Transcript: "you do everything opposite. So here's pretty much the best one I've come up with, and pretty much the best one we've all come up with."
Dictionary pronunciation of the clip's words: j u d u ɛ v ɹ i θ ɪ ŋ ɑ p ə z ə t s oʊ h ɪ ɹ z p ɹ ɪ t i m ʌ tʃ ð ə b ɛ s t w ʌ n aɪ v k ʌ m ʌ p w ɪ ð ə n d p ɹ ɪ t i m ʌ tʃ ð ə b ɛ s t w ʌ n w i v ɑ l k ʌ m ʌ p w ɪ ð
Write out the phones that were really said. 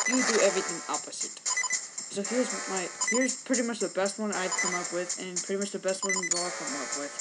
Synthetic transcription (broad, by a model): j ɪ d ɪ ɛ v ɹ i θ ɪ ŋ ɑ p ə z ə t s oʊ h ɪ ɹ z p ɹ ɪ t i m ʌ tʃ ð ə b ɛ s t w ʌ n aɪ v k ʌ m ʌ p w ɪ ð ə n p ɹ ɪ t i m ʌ tʃ ð ə b ɛ s t w ʌ n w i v ɑ l k ʌ m ʌ p w ɪ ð